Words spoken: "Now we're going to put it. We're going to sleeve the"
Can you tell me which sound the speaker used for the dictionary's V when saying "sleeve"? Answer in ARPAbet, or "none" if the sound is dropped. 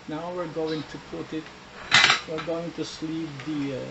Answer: P